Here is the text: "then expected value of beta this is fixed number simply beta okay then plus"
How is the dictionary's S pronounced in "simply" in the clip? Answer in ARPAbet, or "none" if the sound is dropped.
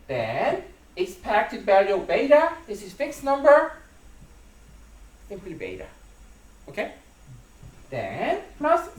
TH